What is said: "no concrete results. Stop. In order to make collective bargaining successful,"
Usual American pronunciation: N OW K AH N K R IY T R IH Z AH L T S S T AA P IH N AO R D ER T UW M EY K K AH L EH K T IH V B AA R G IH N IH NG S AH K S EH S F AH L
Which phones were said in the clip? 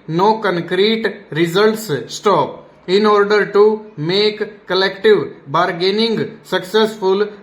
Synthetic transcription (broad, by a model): N OW K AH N K R IY T R IH Z AH L T S S T AA P IH N AO R D ER T UW M EY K K AH L EH K T IH V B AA R G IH N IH NG S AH K S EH S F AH L